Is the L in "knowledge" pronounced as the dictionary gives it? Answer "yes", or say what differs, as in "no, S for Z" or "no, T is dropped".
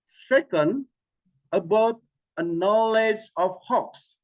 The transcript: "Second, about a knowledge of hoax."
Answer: yes